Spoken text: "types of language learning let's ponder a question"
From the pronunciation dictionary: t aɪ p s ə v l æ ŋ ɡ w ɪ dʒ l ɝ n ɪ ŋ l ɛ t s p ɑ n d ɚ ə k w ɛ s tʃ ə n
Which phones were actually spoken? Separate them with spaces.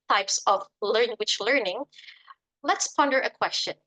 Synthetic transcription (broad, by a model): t aɪ p s ə v l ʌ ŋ w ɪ tʃ l ɝ n ɪ ŋ l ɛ t s p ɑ n d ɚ ə k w ɛ s tʃ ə n